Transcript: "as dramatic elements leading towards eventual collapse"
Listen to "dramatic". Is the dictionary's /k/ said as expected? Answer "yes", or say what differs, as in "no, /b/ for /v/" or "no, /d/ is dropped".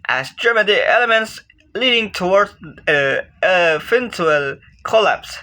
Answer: no, /k/ is dropped